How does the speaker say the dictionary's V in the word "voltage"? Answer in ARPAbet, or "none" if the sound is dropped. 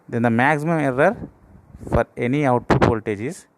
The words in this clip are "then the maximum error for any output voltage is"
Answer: P